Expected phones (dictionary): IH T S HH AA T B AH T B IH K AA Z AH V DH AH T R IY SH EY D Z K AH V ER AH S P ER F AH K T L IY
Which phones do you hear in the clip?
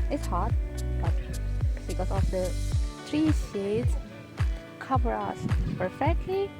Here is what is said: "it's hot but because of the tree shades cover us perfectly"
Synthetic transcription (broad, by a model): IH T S HH AA T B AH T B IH K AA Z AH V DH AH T R IY S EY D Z K AH V ER AH S P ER F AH K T L IY